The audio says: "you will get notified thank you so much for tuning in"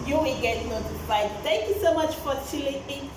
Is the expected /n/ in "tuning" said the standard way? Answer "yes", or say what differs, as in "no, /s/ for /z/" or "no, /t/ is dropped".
no, /l/ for /n/